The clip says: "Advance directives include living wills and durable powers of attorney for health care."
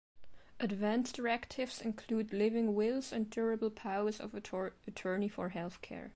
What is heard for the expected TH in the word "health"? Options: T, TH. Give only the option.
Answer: TH